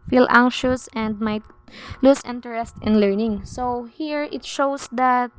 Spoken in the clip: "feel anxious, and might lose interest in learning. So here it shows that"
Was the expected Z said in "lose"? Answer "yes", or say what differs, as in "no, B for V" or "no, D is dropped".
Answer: no, S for Z